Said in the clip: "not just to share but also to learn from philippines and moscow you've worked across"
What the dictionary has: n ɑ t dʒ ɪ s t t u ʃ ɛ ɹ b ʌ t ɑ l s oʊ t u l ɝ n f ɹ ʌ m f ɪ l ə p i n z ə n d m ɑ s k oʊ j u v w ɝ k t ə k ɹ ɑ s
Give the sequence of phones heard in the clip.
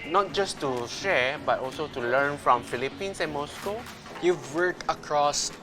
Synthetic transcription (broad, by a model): n ɑ t dʒ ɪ s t t u ʃ ɛ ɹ b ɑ t ɑ l s oʊ t u l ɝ n f ɹ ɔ m f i l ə p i n s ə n m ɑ s k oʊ j u v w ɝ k ə k ɹ ɑ s